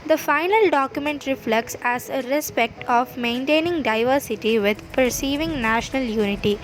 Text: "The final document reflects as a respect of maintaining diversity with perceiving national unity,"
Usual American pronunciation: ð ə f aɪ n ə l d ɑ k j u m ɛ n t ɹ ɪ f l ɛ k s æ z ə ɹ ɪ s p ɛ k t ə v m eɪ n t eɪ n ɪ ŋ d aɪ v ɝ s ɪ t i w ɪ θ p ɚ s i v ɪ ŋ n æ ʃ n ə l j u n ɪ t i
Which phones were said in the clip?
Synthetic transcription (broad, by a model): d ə f aɪ n ə l d ɑ k j u m ɛ n t ɹ ɪ f l ɛ k s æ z ə ɹ ɪ s p ɛ k t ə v m eɪ n t eɪ n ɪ ŋ d aɪ v ɝ s ɪ t i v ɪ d p ɚ s i v ɪ ŋ n æ ʃ n ə l j u n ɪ t i